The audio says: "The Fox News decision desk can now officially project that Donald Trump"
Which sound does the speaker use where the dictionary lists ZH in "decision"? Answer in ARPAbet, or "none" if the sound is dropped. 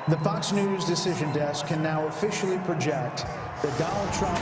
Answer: ZH